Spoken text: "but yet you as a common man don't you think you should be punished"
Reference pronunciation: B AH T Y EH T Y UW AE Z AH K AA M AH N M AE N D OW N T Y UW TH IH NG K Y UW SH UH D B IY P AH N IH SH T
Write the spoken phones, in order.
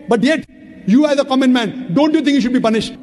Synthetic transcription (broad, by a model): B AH T Y EH T Y UW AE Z AH K AA M AH N M AE N D OW N T Y UW T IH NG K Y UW SH UH D B IY P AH N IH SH T